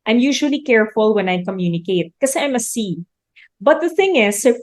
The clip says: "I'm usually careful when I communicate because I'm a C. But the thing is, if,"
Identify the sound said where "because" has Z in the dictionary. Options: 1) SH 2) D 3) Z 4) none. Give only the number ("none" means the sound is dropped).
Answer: 4